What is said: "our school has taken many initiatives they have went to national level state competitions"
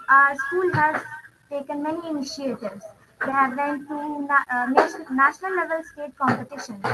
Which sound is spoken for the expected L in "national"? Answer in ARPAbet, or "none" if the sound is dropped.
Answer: N